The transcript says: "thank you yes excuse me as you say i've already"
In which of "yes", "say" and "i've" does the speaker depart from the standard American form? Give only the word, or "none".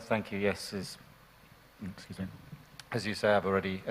none